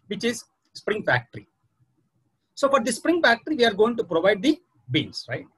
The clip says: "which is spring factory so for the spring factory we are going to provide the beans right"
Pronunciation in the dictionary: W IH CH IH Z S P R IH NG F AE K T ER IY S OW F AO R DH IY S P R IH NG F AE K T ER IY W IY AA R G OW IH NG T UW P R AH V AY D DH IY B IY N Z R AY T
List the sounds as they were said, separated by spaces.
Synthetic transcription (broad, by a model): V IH CH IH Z S P R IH NG F AE K T ER IY S OW F AO R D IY S P R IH NG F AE K T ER IY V IY AA R G OW IH NG T UW P R AH V AY D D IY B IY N S R AY T